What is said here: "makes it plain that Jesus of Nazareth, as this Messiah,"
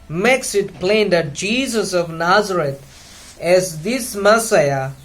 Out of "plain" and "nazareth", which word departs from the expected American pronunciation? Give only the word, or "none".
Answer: nazareth